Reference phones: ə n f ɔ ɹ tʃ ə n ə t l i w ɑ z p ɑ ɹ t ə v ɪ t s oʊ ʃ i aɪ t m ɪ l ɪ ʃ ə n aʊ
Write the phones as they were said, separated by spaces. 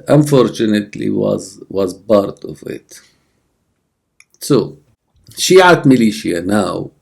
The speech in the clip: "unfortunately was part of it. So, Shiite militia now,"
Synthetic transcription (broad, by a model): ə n f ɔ ɹ tʃ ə n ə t l i w ɑ z b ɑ ɹ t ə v ɪ t s oʊ ʃ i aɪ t m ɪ l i ʃ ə n aʊ